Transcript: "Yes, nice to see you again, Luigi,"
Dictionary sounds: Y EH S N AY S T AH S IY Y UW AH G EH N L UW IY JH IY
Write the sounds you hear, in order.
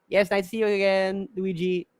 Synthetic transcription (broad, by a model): Y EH S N AY T S IY Y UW AH G EH N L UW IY JH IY